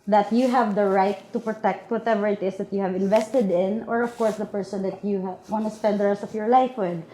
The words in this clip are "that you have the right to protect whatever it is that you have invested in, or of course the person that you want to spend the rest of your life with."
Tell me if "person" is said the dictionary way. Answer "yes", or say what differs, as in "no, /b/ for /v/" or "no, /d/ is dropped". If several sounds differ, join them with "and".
yes